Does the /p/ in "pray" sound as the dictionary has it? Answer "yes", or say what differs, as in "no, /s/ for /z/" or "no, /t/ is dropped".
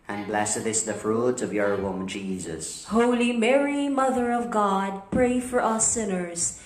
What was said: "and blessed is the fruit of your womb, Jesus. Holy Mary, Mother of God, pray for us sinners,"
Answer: yes